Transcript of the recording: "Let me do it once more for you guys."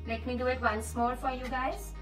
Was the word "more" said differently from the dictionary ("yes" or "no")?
yes